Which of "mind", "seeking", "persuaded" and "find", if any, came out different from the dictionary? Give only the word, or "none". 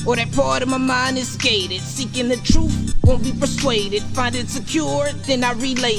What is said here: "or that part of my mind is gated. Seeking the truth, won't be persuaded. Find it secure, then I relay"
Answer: mind